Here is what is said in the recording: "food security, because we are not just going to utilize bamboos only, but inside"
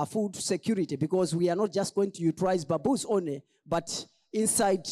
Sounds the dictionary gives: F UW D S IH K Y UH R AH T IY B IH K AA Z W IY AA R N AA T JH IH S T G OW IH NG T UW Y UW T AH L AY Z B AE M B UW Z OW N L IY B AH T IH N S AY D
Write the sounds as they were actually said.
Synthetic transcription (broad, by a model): F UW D S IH K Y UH R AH T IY B IH K AA Z W IY AA R N AA T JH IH S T G OW IH NG T UW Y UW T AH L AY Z B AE B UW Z OW N L IY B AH T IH N S AY D